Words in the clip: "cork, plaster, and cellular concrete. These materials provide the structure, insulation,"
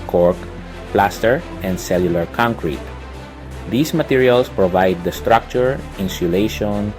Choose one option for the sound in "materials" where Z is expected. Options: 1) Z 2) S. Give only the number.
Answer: 2